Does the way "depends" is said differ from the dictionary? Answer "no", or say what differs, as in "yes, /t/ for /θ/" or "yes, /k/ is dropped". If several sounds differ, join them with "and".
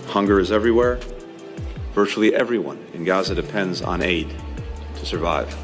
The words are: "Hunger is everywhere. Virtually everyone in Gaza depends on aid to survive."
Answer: no